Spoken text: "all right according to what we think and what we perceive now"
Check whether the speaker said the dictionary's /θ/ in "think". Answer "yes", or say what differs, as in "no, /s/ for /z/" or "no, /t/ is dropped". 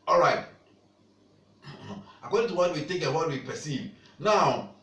no, /t/ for /θ/